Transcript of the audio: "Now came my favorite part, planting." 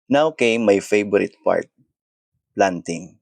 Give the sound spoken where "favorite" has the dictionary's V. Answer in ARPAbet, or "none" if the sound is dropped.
B